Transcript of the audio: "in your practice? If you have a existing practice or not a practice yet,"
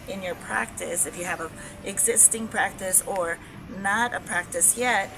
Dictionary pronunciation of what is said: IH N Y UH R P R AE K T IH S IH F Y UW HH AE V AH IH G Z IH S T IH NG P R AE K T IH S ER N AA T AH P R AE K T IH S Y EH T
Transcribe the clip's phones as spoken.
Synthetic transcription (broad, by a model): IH N Y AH R P R AE K T IH S IH F Y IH V AH IH G Z IH S T IH NG P R AE K T IH S ER N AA T AH P R AE K T IH S Y EH T